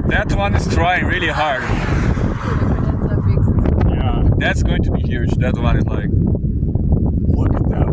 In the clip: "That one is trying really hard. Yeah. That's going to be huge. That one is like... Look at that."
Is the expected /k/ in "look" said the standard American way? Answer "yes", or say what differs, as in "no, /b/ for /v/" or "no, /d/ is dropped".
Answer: no, /k/ is dropped